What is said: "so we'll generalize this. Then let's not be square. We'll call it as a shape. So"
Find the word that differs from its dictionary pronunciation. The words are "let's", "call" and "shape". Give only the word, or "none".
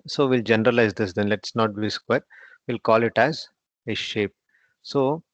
none